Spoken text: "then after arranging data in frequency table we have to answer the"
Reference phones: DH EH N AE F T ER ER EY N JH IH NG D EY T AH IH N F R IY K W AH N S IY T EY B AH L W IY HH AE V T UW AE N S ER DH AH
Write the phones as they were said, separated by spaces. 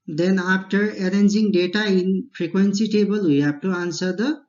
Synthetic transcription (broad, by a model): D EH N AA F T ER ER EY N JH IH NG D EY T AH IH N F R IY K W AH N S IY T EY B AH L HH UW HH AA P T UW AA N S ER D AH